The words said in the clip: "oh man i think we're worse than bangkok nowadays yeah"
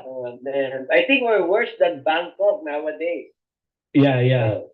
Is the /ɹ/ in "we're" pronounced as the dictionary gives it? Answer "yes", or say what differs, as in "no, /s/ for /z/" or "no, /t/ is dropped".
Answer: yes